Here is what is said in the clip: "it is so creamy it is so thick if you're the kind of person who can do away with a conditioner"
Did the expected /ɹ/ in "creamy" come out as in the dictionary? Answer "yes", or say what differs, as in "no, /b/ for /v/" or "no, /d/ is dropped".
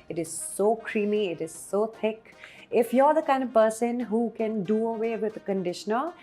yes